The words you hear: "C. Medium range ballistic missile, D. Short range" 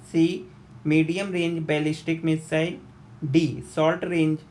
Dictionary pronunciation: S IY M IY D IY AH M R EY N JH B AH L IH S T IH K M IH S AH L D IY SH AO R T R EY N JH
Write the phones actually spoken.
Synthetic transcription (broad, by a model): S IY M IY D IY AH M R EY N JH B AH L IH S T IH K M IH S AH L D IY S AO L T R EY N JH